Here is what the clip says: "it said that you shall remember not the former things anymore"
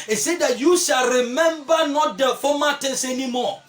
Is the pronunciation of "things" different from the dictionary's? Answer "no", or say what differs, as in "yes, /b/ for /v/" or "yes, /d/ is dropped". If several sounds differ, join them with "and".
yes, /t/ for /θ/